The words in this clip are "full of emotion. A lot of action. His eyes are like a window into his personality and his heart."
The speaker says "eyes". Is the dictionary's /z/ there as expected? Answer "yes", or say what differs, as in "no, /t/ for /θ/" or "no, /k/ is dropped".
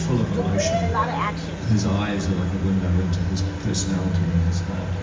yes